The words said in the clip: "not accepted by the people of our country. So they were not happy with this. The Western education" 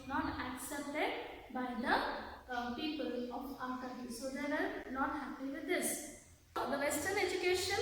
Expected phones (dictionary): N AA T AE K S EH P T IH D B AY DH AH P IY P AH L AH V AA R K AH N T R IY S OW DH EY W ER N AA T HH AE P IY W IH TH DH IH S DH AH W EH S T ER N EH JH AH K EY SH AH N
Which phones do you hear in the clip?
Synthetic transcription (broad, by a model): N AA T AE K S EH P T IH D B AY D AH P IY P AH L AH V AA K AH T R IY S OW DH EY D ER N AA T HH AE P IY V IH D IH S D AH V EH S T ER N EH JH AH K EY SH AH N